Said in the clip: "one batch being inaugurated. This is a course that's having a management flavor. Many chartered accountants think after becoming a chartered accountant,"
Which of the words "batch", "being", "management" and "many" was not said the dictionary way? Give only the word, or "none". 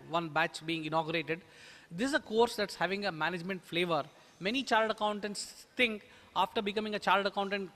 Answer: none